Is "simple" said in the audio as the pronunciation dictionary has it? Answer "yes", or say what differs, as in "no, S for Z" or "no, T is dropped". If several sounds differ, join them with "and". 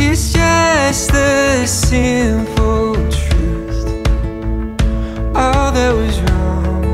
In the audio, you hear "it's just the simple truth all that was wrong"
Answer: no, F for P